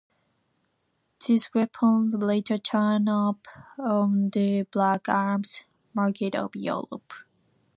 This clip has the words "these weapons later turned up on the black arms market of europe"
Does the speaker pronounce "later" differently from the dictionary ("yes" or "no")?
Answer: no